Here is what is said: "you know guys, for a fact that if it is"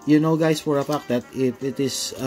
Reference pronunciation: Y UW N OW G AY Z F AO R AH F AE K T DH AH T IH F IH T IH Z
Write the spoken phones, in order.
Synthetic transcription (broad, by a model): Y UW N OW G AY S F AO R AH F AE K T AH T IH F IH T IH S